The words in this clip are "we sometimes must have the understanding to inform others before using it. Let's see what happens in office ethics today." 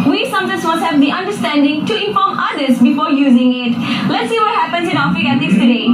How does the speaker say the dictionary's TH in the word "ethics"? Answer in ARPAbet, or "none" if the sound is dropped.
T